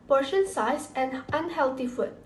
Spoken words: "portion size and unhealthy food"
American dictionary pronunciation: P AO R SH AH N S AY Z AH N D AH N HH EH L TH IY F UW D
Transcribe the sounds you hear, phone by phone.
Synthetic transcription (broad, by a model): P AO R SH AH N S AY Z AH N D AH N HH EH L T IY F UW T